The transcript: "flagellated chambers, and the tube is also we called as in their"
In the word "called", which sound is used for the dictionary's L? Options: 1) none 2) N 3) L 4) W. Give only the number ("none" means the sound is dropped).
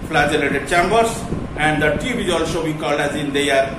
3